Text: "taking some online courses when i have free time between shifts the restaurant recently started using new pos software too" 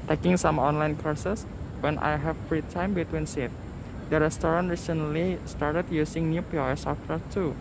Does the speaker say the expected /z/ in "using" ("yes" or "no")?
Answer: no